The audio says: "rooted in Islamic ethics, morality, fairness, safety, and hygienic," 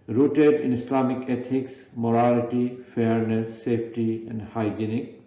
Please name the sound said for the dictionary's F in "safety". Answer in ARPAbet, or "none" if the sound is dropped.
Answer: P